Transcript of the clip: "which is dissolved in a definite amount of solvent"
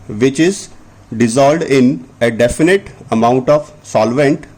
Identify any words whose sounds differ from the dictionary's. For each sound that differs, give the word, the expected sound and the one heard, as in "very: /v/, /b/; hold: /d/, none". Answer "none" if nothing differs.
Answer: dissolved: /v/, none